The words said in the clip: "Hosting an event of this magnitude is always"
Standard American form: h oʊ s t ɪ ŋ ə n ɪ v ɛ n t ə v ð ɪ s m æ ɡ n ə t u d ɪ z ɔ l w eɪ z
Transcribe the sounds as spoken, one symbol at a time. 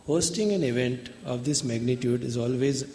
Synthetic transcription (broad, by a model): h oʊ s t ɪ ŋ ə n ɪ v ɛ n t ə v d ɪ s m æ ɡ n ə t u d ɪ z ɔ l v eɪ z